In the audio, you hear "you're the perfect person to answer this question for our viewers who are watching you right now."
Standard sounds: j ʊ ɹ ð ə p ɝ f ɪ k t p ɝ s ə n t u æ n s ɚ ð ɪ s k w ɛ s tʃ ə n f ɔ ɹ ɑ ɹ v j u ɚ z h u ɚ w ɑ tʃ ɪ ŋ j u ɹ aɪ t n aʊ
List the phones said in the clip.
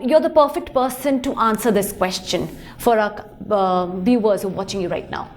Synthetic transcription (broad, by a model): j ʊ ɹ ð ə p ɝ f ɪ k t p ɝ s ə n t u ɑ n s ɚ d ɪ s k w ɛ s tʃ ə n f ɔ ɹ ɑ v j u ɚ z h u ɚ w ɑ tʃ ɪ ŋ j u ɹ aɪ t n aʊ